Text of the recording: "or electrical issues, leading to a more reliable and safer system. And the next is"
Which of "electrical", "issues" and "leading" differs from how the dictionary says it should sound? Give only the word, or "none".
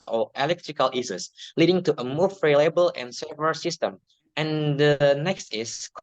issues